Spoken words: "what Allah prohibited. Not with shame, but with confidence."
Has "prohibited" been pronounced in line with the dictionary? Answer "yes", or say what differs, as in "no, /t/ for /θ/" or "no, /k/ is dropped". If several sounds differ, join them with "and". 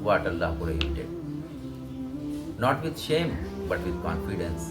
no, /ɹ/ is dropped and /b/ is dropped